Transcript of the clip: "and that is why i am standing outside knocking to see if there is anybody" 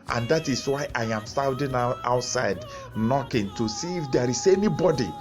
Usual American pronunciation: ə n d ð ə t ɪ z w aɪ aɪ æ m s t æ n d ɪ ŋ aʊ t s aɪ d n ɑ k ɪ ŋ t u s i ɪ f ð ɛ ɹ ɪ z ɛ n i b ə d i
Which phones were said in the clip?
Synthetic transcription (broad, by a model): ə n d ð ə t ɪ s w aɪ aɪ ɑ m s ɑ l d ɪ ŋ aʊ t s aɪ d n ɑ k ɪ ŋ t u s i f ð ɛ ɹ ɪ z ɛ n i b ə d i